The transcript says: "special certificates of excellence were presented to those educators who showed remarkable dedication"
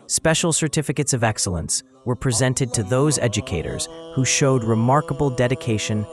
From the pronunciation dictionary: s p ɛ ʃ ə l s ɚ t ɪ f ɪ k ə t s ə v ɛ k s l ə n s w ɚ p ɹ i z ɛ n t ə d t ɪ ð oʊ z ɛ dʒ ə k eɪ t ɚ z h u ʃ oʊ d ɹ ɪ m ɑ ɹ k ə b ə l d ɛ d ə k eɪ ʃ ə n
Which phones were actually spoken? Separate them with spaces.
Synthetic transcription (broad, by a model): s p ɛ ʃ l s ɚ t ɪ f ɪ k ə t s ə v ɛ k s l ə n s w ɚ p ɹ i z ɛ n t ə d t ɪ ð oʊ z ɛ dʒ ə k eɪ t ɚ z h u ʃ oʊ d ɹ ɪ m ɑ ɹ k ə b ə l d ɛ d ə k eɪ ʃ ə n